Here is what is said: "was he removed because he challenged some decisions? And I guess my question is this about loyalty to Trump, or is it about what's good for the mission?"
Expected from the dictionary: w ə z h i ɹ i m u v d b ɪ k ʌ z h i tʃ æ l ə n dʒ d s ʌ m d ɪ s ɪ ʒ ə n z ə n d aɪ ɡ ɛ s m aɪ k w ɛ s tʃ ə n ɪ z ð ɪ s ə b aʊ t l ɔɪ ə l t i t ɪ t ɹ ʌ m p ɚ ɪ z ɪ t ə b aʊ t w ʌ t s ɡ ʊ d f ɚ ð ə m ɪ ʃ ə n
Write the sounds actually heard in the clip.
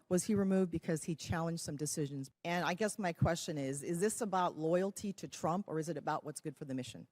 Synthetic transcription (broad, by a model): w ə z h i ɹ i m u v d b ɪ k ʌ z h i tʃ æ l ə n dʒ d s ʌ m d ɪ s ɪ ʒ ə n z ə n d aɪ ɡ ɛ s m aɪ k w ɛ s tʃ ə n ɪ z ð ɪ s ə b aʊ t l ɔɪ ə l t i t ɪ t ɹ ʌ m p ɚ ɪ z ɪ t ə b aʊ t w ʌ t s ɡ ʊ d f ɚ ð ə m ɪ ʃ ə n